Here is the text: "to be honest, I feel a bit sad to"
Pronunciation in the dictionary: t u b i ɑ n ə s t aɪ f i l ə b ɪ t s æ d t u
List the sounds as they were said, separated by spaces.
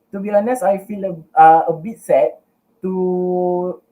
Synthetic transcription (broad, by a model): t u b i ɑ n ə s aɪ f i l ə b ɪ t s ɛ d t u